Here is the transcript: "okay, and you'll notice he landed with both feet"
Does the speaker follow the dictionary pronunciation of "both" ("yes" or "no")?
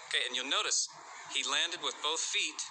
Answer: yes